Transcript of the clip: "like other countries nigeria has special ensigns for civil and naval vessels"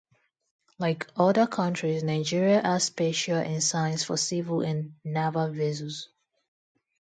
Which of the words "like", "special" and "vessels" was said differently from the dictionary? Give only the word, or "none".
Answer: vessels